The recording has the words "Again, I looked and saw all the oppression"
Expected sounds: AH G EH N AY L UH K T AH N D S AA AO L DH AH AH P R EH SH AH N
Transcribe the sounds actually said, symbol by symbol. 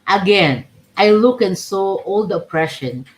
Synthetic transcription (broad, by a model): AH G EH N AY L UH K AH N S AA AO L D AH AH P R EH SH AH N